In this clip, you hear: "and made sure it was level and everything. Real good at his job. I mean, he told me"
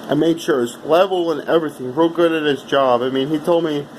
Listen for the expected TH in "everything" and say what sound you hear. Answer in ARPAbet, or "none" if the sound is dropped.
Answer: TH